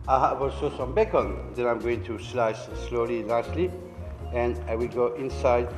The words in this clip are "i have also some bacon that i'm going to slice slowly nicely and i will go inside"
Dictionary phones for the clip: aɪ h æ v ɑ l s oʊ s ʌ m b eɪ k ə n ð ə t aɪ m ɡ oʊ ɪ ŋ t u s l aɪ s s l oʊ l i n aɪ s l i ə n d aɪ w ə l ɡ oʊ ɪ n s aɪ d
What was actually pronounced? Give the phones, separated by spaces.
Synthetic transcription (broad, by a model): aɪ h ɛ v ɑ l s oʊ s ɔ m b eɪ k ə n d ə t aɪ m ɡ oʊ ɪ ŋ t u s l aɪ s s l oʊ l i l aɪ s l i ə n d aɪ w ə l ɡ oʊ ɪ n s aɪ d